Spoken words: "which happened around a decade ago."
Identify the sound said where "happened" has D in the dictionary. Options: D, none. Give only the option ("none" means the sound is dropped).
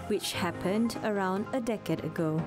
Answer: D